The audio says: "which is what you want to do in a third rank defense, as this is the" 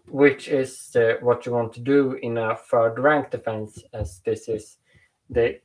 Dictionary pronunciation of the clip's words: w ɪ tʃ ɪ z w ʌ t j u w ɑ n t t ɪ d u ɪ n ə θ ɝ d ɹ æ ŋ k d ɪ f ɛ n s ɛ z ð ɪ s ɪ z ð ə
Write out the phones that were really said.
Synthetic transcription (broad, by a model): w ɪ tʃ ɪ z w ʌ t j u w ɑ n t t ɪ d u ɪ n ə f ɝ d ɹ æ ŋ k d ɪ f ɛ n s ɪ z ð ɪ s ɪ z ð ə